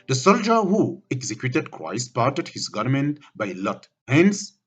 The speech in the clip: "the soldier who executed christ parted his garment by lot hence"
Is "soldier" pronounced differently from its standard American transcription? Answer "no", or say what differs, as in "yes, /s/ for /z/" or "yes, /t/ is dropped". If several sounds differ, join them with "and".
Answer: no